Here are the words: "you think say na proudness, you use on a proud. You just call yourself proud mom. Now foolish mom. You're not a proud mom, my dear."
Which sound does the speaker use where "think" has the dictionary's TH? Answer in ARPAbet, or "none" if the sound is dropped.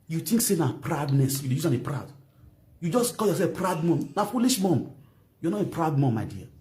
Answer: T